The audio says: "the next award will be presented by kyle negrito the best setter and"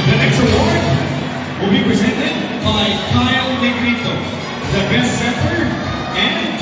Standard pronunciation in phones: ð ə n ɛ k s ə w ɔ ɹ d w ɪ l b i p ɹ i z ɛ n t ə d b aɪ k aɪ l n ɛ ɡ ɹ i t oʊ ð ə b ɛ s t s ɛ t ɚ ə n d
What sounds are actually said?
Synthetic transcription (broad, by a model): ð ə n ɛ k s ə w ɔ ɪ w ɪ l b i p ɹ i z ɛ n t ə d b aɪ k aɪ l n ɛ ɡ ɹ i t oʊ ð ə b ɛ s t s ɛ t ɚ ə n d